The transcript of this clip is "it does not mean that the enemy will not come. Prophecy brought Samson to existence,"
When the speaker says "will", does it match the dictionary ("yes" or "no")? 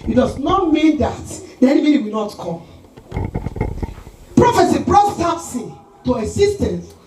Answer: no